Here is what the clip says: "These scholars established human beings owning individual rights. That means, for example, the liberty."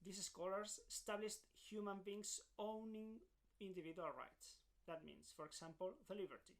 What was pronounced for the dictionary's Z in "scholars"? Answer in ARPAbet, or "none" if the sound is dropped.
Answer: S